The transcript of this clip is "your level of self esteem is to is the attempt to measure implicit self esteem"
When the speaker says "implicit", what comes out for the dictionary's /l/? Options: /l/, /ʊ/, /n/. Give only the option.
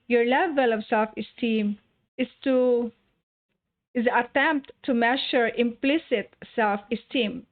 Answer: /l/